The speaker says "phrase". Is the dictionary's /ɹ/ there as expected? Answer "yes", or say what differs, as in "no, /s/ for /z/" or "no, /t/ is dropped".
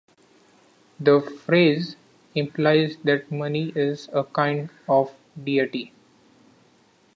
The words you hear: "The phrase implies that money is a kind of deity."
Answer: yes